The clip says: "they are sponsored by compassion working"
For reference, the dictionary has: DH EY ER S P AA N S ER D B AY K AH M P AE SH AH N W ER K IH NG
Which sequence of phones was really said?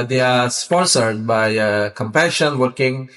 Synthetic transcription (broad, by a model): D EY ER S P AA N S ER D B AY K AH M P AE SH AH N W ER K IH NG